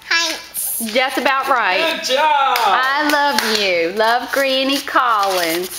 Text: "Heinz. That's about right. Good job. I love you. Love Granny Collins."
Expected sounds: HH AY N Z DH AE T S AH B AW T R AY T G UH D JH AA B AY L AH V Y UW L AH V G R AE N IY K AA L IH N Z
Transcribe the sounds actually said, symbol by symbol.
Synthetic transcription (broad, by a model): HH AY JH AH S AH B AW T R AY T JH AA IH L AH V Y UW L AH V G R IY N IY K AA L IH N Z